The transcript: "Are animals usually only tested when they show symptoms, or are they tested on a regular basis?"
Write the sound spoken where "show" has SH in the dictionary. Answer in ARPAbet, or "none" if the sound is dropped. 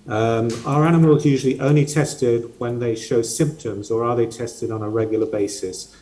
SH